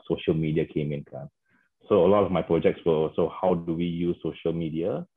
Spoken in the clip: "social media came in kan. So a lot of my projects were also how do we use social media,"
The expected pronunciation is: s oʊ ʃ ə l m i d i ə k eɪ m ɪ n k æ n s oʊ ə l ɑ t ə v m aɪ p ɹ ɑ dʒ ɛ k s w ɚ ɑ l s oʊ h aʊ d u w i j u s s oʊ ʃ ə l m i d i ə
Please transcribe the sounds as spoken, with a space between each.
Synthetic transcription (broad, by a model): s oʊ ʃ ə l m i d i ə k eɪ m ɪ n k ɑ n s oʊ ə l ɑ t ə f m aɪ p ɹ ɑ dʒ ɛ k s w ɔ ɑ l s oʊ h aʊ d u w i j u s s oʊ ʃ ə l m i d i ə